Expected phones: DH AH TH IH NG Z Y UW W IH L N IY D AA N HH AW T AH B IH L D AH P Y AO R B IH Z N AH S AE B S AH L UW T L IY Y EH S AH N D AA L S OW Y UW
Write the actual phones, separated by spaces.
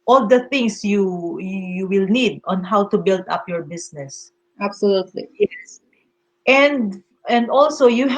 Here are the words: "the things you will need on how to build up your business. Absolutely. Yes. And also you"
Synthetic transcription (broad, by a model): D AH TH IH NG S Y UW W IH L N IY D AA N HH AW T AH B IH L D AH P Y AO R B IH S N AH S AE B S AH L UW T L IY Y EH S AH N D AA L S OW Y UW